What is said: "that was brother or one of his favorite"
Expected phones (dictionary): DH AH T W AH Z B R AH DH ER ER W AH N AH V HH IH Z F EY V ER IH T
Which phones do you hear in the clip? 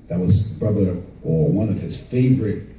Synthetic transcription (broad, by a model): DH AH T W AH Z B R AH DH ER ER W AH N AH V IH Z F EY V ER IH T